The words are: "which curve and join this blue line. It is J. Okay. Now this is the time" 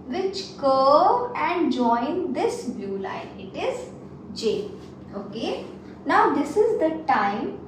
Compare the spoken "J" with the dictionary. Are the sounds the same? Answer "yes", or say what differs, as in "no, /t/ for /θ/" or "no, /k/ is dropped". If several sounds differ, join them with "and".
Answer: yes